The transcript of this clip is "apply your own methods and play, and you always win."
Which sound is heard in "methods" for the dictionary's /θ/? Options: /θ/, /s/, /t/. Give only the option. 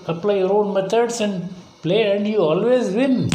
/t/